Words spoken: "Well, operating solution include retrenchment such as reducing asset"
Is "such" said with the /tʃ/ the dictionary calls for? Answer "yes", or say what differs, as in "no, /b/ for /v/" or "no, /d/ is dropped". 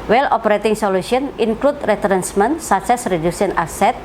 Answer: no, /s/ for /tʃ/